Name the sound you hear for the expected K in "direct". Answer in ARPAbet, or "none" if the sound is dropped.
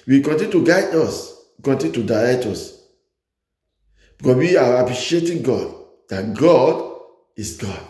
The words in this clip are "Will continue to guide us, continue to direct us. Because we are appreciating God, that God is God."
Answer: none